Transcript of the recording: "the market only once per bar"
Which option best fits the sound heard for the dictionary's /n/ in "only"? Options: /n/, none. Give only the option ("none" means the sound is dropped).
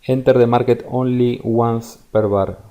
/n/